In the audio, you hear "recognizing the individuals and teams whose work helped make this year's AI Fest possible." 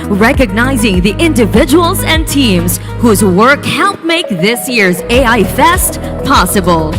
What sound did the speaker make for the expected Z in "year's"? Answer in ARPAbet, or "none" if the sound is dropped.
Z